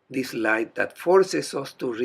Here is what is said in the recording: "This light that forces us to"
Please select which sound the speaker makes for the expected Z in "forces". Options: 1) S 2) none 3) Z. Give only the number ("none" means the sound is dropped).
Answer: 1